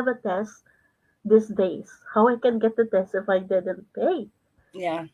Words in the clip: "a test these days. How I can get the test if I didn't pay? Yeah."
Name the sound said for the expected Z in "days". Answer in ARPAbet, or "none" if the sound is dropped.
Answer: S